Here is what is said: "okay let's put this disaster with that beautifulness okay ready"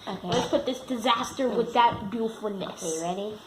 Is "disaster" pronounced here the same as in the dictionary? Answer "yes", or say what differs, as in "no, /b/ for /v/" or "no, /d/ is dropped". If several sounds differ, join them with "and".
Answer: yes